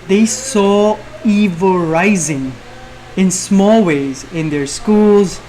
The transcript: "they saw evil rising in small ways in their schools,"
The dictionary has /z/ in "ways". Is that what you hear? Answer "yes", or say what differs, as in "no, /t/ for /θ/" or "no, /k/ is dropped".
yes